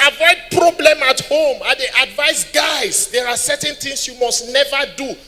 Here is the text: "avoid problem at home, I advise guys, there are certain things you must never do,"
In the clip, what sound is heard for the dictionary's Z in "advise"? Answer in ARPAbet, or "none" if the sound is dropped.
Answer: S